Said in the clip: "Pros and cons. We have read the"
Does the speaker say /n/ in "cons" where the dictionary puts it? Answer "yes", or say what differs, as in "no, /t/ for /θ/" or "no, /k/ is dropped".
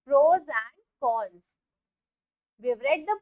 no, /l/ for /n/